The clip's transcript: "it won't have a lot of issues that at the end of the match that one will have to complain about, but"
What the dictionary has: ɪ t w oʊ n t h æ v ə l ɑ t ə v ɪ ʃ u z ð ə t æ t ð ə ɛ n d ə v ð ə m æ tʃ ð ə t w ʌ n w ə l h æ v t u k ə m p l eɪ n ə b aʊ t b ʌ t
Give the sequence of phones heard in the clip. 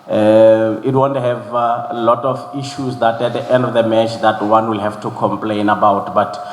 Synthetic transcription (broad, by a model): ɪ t w oʊ n t h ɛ v l ɑ t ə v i ʃ u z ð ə t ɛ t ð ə ɛ n d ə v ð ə m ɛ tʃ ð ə t w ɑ n w ə l h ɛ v t u k ə m p l eɪ n ə b aʊ t b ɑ t